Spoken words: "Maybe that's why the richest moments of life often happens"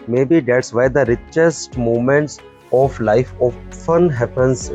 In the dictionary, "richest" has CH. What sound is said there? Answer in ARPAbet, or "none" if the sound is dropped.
CH